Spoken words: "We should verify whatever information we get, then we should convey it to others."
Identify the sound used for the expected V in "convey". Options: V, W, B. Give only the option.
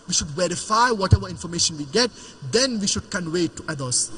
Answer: W